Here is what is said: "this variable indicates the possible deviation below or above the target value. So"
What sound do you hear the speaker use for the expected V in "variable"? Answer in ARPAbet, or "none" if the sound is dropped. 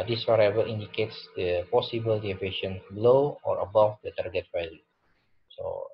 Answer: W